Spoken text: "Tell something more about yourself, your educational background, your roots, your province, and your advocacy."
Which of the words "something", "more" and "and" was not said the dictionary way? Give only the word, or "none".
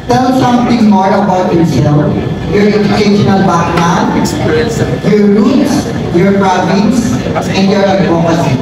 something